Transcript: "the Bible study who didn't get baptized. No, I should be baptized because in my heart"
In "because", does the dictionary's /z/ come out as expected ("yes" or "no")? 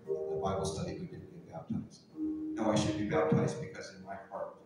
yes